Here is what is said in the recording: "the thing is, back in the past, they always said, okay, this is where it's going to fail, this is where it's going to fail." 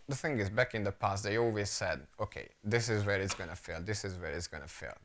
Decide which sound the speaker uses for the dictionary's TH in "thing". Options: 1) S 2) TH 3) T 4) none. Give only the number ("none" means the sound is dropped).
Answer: 2